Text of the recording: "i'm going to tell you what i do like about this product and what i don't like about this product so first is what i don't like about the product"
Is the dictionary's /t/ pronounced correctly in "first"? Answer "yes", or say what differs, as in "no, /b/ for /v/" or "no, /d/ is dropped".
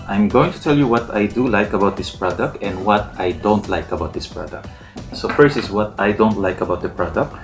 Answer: no, /t/ is dropped